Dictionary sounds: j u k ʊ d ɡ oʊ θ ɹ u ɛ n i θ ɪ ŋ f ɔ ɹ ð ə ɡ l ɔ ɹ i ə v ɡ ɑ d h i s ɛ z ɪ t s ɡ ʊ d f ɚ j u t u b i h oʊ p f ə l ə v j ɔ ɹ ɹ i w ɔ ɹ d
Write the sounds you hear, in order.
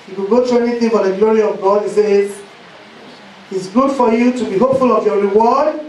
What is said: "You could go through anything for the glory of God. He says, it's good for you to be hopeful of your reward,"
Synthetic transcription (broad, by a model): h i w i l ɡ oʊ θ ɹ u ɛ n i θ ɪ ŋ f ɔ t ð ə ɡ l ɔ ɹ i ə v ɡ ɑ d h i s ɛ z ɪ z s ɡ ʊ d f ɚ j u t u b i h oʊ p f ə l ə v j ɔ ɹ ɹ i w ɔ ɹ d